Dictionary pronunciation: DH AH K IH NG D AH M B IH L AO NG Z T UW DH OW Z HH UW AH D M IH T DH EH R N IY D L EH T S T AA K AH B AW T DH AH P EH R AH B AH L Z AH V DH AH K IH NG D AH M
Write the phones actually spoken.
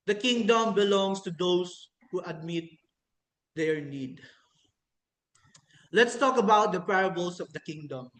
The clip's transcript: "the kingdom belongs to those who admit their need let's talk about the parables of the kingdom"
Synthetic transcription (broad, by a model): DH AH K IH NG D AH M B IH L AO NG S T UW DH OW S HH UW AH D M IH T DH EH R N IY D L EH T S T AA K AH B AW T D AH P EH R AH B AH L S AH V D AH K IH NG D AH M